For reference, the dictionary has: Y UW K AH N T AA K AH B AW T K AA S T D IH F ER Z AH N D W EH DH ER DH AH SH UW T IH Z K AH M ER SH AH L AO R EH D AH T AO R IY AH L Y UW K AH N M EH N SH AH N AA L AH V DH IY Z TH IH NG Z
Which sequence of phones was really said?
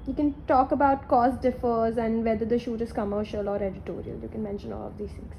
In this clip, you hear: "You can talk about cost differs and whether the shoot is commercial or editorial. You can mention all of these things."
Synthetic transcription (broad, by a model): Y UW K AH N T AA K AH B AW T K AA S D IH F ER Z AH N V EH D ER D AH SH UW T IH Z K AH M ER SH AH L AO R EH D AH T AO R IY AH L Y UW K AH N M EH N SH AH N AA L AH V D IY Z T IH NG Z